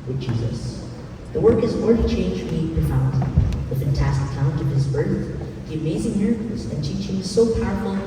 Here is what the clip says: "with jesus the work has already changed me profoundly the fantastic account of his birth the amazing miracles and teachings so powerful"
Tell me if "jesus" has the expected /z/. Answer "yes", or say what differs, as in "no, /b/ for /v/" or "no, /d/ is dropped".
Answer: yes